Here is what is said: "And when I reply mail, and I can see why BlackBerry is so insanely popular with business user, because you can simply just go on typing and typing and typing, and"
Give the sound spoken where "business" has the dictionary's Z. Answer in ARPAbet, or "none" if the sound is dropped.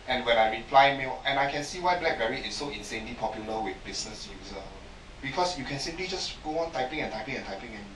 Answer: S